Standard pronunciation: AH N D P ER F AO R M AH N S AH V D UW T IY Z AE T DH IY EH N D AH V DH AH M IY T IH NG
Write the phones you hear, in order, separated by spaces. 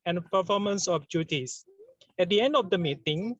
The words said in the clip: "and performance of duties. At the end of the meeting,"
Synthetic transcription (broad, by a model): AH N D P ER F AO M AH N S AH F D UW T IY S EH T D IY EH N D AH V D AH M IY T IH NG